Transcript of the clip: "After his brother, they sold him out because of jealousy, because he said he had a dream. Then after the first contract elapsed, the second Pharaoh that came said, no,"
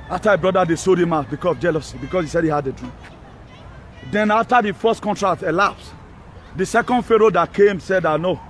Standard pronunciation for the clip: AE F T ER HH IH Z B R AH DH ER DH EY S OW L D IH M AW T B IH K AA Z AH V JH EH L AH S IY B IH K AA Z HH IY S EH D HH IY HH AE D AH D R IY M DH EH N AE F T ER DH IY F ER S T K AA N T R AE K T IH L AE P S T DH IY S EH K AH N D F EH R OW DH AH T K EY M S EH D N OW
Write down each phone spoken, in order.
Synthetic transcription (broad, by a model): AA F T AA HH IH B R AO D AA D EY S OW D IH M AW B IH K AA S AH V JH EH L AH S IY B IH K AA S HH IY S EH D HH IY HH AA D AH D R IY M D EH N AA F T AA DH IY F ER S T K AA N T R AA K T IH L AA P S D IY S EH K AH N D F EH R OW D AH T K EY M S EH D N OW